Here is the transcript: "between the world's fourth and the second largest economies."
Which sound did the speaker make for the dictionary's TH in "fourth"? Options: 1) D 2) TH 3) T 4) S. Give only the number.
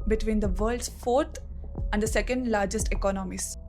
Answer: 3